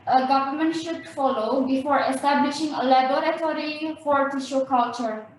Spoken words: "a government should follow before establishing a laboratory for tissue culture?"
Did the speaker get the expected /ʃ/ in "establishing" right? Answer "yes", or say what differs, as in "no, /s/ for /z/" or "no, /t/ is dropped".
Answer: yes